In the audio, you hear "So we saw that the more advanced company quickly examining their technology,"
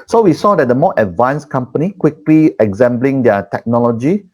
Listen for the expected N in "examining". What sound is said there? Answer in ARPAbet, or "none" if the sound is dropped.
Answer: L